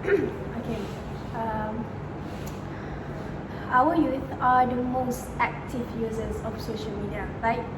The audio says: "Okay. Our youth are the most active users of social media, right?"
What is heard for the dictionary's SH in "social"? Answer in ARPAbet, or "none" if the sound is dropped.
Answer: SH